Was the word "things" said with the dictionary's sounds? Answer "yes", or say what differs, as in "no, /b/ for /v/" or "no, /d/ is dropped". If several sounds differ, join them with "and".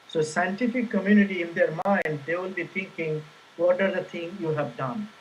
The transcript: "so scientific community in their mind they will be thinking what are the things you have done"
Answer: no, /t/ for /θ/ and /z/ is dropped